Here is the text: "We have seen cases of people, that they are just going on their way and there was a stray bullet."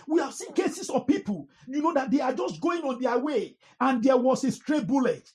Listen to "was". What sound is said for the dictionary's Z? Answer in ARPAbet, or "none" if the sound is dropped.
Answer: S